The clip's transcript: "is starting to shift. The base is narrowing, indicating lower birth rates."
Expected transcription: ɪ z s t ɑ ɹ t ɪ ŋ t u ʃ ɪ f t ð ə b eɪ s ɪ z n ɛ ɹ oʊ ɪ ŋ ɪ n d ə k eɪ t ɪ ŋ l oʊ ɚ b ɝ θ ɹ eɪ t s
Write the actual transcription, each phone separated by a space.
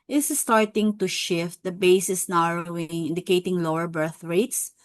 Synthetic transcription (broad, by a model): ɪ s s t ɑ ɹ t ɪ ŋ t u ʃ ɪ f t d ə b eɪ s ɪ s n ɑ ɹ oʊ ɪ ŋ ɪ n d ə k eɪ t ɪ ŋ l oʊ ɚ b ɝ θ ɹ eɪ t s